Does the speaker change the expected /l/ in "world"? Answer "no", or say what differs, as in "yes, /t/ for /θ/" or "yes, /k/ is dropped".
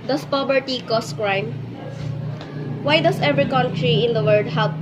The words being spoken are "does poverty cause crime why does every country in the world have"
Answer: yes, /l/ is dropped